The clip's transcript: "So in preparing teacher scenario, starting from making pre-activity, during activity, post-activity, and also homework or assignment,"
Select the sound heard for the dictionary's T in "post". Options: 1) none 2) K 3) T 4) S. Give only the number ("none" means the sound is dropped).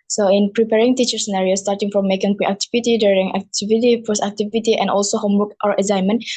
1